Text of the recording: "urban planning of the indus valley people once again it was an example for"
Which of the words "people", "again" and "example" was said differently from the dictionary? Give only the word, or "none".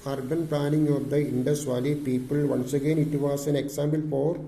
example